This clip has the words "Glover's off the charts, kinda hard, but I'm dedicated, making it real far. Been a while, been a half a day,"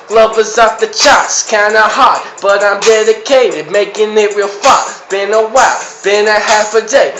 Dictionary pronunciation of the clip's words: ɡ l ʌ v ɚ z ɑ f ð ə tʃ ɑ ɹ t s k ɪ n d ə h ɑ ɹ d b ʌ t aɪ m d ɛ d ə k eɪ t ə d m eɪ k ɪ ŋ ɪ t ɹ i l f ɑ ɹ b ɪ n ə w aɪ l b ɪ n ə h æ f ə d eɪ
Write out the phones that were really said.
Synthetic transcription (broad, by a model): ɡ l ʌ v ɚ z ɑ p ð ə tʃ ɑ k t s k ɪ n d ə h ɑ ɹ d b ʌ t aɪ m d ɛ d ə k eɪ t ə d m eɪ k ɪ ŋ ɪ t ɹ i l f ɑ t b ɪ n ə w aɪ l b ɪ n ə h æ f ə d eɪ